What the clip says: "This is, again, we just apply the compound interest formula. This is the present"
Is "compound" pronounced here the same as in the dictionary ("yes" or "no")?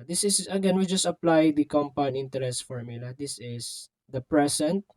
no